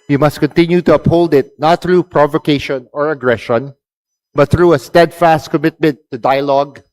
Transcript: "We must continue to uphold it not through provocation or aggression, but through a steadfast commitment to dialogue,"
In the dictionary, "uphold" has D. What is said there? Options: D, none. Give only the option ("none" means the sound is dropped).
D